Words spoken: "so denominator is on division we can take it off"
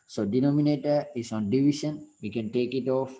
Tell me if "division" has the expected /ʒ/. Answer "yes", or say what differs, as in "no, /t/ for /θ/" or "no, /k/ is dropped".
no, /ʃ/ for /ʒ/